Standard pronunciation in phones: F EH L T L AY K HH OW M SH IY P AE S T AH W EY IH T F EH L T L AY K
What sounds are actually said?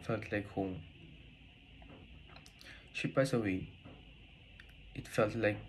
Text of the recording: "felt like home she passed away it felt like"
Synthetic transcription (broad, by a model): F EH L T L AY K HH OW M SH IY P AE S AH W EY IH T F EH L T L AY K